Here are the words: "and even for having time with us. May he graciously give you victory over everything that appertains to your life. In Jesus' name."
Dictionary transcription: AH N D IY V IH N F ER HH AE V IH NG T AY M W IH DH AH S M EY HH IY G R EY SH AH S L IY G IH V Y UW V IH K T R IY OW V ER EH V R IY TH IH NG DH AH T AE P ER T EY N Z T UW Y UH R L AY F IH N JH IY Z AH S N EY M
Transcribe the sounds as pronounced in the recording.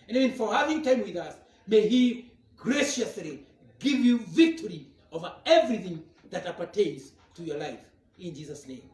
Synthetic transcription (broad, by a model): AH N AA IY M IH N F ER HH AE V IH NG T AY M W IH DH AH S M EY HH IY G R EY SH AH S L IY G IH V Y UW V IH K T R IY OW V ER EH V R IY TH IH NG DH AH T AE P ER T EY N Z T UW Y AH R L AY F IH N JH IY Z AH S N EY M